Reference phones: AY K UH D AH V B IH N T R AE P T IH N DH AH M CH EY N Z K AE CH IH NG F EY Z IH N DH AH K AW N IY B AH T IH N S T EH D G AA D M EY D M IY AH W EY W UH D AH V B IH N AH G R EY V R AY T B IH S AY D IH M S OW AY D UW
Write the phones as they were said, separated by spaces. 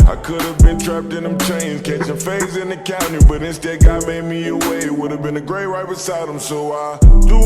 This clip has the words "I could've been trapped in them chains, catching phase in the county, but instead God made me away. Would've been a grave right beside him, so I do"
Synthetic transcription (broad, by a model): AY K UH D AH V B IH N T R AE P T IH N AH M CH EY N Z K AE CH IH NG F EY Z IH N DH AH K AW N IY B AH T IH N S T EH D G AA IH M EY D M IY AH W EY W UH D AH V B IH N AH G R EY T R AY T B IH S AY D IH M S OW AY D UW